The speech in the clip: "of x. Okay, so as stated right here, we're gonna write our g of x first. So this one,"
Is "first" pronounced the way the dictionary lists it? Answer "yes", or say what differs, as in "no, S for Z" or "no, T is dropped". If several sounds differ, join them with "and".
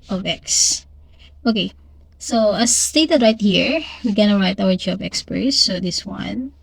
no, P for F